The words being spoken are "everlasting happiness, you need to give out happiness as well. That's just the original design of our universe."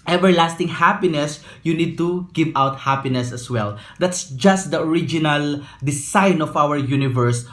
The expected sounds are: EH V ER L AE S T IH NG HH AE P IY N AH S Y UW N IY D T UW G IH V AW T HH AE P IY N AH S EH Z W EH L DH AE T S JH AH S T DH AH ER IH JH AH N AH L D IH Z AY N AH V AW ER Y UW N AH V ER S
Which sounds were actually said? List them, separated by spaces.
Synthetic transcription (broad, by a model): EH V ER L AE S T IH NG HH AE P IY N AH S Y UW N IY D T UW G IH V AW T HH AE P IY N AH S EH S W EH L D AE T S JH AH S T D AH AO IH JH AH N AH L D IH S AY N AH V AW ER Y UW N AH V ER S